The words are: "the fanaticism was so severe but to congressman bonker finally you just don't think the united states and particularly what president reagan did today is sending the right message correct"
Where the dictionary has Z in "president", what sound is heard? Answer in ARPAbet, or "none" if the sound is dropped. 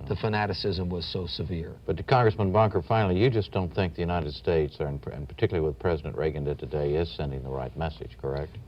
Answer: Z